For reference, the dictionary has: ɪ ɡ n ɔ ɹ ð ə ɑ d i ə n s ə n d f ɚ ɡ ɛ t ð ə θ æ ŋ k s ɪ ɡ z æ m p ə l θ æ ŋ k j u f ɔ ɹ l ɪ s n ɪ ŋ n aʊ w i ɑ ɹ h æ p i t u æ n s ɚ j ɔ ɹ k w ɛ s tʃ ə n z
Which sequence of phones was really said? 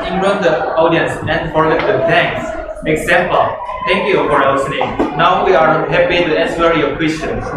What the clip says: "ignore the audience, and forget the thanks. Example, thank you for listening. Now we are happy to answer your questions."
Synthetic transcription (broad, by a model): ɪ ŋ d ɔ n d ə ɑ d i ə n s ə n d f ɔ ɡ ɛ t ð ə t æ ŋ k s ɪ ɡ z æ m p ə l t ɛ ŋ k j u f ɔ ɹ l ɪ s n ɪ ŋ n aʊ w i ɑ ɹ h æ p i t u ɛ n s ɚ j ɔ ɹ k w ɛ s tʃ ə n